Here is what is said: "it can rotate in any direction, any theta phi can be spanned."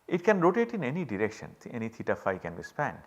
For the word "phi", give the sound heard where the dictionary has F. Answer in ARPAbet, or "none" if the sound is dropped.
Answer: F